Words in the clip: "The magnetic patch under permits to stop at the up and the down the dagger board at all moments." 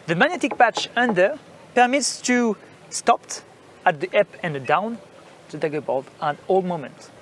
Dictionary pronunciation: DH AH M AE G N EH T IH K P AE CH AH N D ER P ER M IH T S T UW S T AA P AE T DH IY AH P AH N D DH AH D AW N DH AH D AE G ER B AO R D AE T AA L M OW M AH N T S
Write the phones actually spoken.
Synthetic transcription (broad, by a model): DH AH M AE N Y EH T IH K P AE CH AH N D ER P ER M IH T S T UW S T AA P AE T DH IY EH P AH N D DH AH D AW N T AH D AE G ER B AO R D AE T AA L M OW M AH N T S